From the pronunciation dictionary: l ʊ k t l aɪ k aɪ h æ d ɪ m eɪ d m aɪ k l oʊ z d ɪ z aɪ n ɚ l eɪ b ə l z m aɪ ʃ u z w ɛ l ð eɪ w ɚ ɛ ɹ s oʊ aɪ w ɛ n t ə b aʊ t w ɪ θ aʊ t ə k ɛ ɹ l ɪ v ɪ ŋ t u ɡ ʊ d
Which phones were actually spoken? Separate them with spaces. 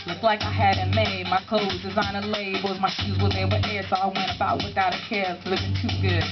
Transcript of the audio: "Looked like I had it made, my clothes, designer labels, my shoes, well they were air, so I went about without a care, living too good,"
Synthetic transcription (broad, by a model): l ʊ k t l aɪ k aɪ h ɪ d ɪ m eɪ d m aɪ k l oʊ z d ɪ z aɪ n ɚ l eɪ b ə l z m aɪ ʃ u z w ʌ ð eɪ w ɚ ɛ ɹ s oʊ aɪ w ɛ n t ə b aʊ t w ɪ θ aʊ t ə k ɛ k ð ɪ ɪ t u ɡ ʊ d